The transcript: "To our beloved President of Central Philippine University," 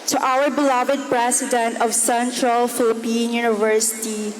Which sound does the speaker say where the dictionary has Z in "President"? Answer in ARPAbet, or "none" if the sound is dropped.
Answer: S